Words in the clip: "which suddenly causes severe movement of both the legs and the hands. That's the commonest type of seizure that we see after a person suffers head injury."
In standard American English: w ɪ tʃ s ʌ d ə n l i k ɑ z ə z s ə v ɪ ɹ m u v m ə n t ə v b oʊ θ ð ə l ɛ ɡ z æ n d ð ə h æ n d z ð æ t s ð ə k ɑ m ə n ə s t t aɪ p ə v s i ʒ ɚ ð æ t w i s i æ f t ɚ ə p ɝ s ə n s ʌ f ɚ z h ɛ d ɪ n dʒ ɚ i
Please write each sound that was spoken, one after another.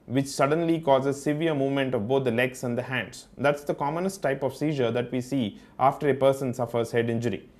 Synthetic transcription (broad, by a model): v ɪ tʃ s ʌ d ə n l i k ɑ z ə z s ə v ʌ ɹ m u v m ə n t ə v b oʊ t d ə l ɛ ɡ s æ n d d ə h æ n d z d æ t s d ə k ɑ m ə n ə s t t aɪ p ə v s i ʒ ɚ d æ t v i s i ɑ f t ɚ ə p ɝ s ə n s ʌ f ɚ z h ɛ d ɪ n dʒ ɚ i